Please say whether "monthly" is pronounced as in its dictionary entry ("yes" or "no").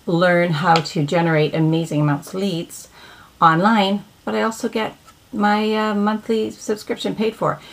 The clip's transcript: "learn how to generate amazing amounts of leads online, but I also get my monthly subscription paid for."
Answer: yes